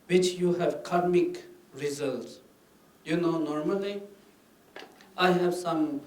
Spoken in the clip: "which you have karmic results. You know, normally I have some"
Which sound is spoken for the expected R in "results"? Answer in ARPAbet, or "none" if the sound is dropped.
R